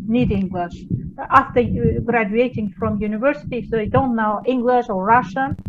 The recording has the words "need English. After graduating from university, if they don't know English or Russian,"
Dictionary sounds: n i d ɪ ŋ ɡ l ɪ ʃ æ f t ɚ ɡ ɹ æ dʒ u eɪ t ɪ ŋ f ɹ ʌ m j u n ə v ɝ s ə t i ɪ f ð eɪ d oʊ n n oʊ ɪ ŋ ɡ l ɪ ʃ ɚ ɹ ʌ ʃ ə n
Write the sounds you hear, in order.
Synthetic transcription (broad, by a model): n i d ɪ ŋ ɡ l ɪ ʃ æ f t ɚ ɡ ɹ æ dʒ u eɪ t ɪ ŋ f ɹ ʌ m j u n ə v ɝ s ə t i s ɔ d oʊ n n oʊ ɪ ŋ ɡ l ɪ ʃ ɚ ɹ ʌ ʃ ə n